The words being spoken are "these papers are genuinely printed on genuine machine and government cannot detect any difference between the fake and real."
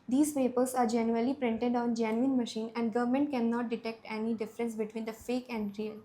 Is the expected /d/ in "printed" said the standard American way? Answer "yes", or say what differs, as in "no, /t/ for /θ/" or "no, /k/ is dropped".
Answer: yes